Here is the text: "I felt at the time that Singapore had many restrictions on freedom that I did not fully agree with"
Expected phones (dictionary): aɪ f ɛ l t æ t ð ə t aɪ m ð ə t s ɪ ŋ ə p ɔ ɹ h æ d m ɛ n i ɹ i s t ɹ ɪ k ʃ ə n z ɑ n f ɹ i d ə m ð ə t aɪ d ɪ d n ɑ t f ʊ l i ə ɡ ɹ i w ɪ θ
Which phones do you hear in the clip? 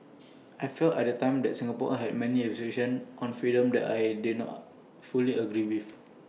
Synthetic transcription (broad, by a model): aɪ f ɛ l t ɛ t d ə t aɪ m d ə t s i ŋ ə p ɔ h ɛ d m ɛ n i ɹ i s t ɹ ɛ ʃ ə n ɑ n f ɹ i d ə m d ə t aɪ d ɪ d n ɑ t f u l i ə ɡ ɹ i w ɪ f